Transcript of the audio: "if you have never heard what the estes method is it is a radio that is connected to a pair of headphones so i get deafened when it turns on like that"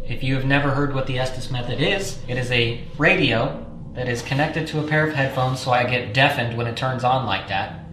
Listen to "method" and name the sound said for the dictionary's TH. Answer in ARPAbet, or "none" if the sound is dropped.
TH